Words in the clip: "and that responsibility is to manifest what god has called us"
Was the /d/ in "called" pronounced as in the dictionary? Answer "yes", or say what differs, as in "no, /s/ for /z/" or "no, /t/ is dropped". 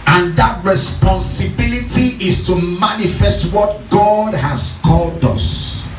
yes